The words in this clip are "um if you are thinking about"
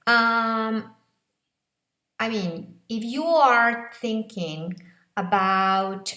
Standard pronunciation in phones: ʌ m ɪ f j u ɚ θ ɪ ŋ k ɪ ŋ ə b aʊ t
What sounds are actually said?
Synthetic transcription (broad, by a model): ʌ m ɪ f j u ɚ θ ɪ ŋ k ɪ ŋ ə b aʊ t